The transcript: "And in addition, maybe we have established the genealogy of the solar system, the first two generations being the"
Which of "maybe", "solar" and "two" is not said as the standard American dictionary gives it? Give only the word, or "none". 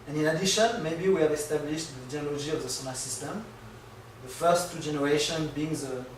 solar